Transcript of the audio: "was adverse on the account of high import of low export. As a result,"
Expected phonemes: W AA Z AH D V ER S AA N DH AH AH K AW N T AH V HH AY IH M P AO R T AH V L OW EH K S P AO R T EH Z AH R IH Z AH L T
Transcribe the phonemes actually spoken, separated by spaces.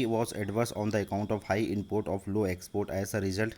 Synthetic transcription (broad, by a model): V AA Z AH D V ER S AA N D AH AH K AW N T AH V HH AY IH M P AO R T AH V L OW EH K S P AO R T EH Z AH R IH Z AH L T